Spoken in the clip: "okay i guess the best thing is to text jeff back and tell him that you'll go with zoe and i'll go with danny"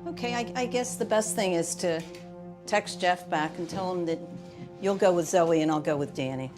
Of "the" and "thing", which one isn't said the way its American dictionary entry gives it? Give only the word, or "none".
none